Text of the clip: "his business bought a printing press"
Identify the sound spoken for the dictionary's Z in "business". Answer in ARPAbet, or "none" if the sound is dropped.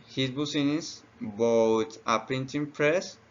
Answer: S